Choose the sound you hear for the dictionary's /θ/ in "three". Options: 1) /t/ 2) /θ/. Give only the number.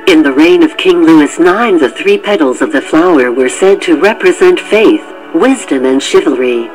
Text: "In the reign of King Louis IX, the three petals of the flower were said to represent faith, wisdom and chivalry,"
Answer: 2